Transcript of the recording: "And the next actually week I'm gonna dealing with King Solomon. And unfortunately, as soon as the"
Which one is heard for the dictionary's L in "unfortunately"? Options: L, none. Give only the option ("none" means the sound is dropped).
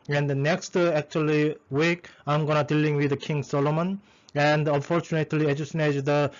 L